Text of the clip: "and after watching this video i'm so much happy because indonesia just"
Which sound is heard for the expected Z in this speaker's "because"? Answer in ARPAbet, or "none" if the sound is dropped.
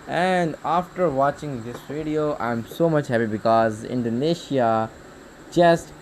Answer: Z